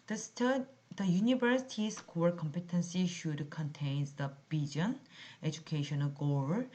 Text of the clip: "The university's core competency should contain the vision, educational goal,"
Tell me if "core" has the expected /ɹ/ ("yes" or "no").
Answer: no